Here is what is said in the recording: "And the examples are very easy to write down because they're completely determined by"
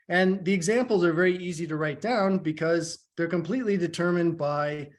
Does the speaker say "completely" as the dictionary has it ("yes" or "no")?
yes